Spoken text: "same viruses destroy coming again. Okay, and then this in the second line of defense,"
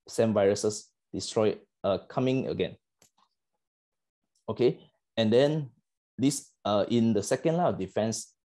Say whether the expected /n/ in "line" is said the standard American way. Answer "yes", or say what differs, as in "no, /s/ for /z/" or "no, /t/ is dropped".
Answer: no, /n/ is dropped